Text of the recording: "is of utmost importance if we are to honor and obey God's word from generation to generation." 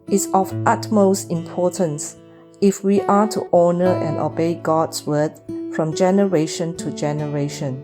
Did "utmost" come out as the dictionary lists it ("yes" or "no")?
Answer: yes